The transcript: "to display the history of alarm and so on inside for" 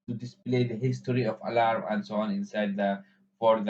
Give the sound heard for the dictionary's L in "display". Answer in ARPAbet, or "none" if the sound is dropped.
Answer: L